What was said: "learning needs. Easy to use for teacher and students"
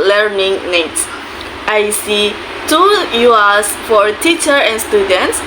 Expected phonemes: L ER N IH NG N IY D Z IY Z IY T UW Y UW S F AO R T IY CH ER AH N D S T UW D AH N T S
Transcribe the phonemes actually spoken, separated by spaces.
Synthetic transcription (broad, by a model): L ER N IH NG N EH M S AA S IY T UW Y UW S F AO R T IY CH ER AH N S T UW D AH N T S